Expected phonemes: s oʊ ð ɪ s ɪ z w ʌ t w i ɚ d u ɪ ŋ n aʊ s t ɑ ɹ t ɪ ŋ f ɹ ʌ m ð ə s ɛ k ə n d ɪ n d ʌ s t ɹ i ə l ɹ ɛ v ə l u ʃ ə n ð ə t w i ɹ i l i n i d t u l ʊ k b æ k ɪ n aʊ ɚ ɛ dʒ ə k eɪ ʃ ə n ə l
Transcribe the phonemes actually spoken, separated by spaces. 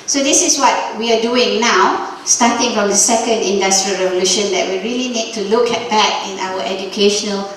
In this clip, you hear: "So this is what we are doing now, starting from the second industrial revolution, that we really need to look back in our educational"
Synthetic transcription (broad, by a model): s oʊ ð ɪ s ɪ s w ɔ t w i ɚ d u ɪ ŋ n aʊ s t ɑ t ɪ ŋ f ɹ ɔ m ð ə s ɛ k ə n d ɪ n d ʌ s t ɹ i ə l ɹ ɛ v ə l u ʃ ə n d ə t w i ɹ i l i n i d t u l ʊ k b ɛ k ɪ n aʊ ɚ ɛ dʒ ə k eɪ ʃ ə n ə l